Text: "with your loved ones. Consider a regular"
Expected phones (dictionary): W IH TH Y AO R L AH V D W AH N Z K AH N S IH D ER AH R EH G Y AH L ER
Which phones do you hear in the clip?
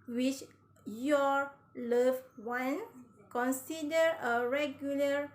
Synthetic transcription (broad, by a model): W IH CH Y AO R L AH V W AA N K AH N S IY D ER AH R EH G Y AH L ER